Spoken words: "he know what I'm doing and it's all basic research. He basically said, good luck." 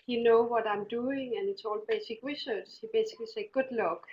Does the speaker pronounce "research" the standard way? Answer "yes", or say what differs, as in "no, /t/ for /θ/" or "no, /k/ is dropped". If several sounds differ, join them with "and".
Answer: no, /s/ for /tʃ/